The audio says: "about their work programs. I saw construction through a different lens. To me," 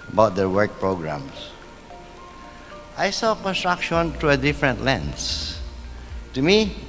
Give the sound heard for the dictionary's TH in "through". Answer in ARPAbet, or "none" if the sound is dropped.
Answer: T